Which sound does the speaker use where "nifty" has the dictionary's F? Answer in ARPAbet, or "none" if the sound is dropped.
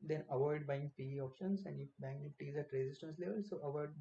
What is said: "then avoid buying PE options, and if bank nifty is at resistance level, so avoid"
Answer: none